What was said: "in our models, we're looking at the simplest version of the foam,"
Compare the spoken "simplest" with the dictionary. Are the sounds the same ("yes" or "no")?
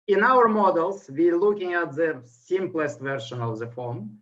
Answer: yes